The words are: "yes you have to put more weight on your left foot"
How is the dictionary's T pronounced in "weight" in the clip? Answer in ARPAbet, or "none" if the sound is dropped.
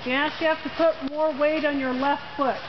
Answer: T